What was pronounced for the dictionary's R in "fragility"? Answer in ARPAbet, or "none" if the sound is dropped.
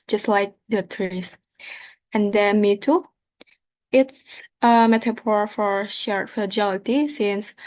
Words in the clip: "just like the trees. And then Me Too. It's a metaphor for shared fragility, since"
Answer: none